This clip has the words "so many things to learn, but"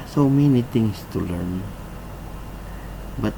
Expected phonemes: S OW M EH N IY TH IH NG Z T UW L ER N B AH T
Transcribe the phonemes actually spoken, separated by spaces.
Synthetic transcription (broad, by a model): S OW M EH N IY T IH NG S T UW L ER N B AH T